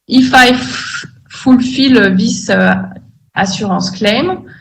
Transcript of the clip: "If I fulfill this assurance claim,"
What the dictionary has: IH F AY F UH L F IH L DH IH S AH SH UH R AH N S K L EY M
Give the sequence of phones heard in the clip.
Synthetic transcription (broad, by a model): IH F AY F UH L F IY L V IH S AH S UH R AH S K L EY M